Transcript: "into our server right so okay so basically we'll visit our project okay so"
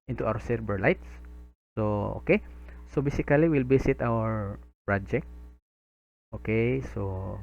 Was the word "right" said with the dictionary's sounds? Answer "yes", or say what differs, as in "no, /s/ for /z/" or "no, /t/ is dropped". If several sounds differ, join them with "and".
no, /l/ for /ɹ/